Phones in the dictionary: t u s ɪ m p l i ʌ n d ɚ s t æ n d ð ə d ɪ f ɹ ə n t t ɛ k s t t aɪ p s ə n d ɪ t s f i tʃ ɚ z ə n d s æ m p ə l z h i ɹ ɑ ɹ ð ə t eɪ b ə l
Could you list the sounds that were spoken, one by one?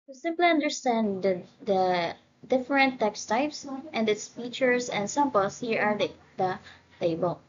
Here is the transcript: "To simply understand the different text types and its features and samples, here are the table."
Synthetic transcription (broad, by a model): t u s ɪ m p l i ʌ n d ɚ s t æ n d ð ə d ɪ f ɹ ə n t t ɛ k s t t aɪ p s ə n d ɪ t s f i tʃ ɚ s ə n d s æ m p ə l s h i ɹ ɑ ɹ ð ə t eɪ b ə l